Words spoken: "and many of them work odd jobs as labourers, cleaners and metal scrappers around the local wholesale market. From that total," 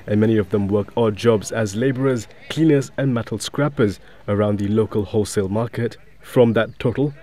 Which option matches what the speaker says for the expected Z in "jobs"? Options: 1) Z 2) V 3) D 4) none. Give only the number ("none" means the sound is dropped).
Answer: 1